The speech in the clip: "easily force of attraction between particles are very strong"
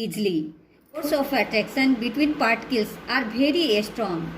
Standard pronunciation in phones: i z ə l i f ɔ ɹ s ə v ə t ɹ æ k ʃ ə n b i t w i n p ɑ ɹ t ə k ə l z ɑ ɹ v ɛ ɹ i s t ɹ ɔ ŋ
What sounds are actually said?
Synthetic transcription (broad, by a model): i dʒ l i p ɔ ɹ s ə f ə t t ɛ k s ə n b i t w i n p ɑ ɹ t k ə l s ɑ ɹ b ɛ ɹ i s t ɹ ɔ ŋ